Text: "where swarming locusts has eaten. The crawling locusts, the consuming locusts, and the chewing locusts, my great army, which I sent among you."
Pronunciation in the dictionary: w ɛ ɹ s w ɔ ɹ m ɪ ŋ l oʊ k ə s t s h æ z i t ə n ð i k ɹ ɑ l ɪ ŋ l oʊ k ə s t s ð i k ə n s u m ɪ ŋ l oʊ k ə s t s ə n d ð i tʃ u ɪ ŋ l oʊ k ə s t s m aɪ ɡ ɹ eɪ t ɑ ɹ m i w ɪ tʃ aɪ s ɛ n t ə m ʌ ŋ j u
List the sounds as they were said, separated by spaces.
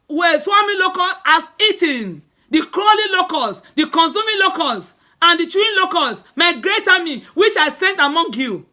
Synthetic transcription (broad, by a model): w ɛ s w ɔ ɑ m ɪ l oʊ k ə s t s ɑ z i t ə n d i k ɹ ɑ l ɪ l oʊ k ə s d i k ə n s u m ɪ l oʊ k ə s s ə n d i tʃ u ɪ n l oʊ k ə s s m aɪ ɡ ɹ eɪ t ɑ m i w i tʃ aɪ s ɛ n t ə m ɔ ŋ j u